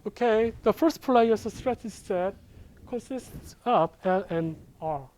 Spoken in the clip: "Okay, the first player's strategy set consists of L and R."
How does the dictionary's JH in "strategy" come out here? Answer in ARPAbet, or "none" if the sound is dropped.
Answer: CH